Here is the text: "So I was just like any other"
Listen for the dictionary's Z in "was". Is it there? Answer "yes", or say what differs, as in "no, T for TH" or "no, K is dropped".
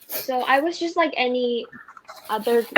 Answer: yes